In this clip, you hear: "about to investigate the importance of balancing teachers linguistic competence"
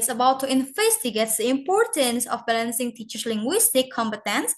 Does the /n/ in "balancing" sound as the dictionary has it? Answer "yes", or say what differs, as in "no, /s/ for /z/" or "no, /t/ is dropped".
yes